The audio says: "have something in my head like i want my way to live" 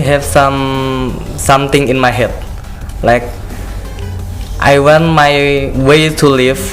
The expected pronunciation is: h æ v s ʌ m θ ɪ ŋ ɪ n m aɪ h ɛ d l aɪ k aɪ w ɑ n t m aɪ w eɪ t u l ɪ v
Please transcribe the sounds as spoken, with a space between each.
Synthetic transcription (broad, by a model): h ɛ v s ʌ m t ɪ ŋ ɪ n m aɪ h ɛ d l aɪ k aɪ w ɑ n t m aɪ w eɪ t u l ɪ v